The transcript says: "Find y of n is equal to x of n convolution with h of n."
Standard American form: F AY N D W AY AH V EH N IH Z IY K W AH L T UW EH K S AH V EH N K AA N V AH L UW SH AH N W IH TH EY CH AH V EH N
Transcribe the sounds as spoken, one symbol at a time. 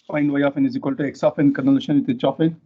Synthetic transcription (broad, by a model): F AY N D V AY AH F EH N IH Z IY K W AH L T UW EH K S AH F EH N K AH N AH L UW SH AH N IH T EY CH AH F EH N